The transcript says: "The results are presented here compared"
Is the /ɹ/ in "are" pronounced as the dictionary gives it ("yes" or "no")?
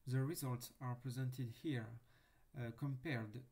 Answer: yes